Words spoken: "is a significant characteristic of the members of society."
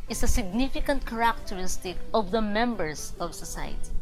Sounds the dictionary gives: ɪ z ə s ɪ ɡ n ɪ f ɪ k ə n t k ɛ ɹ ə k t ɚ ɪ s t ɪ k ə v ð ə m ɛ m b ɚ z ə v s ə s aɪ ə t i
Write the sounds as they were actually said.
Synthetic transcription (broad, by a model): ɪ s ə s ɪ ɡ n ɪ f ɪ k ə n t k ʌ ɹ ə k t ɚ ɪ s t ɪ k ə v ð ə m ɛ m b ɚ s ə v s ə s aɪ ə t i